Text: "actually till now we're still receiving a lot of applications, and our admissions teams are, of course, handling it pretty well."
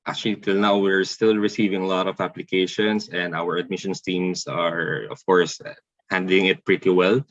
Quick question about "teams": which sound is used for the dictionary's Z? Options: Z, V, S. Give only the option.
S